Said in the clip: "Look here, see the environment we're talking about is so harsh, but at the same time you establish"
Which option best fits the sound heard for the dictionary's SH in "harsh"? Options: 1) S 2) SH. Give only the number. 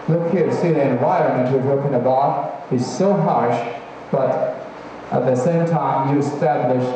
2